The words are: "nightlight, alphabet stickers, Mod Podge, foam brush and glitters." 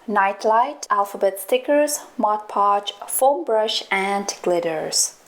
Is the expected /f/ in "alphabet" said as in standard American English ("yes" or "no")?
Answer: yes